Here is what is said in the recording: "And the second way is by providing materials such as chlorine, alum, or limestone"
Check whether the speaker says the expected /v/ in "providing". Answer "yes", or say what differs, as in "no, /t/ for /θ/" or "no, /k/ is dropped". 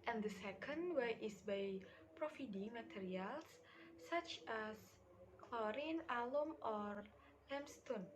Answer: no, /f/ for /v/